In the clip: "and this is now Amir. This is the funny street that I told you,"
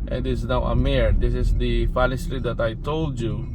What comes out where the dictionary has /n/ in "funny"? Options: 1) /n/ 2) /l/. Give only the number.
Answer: 2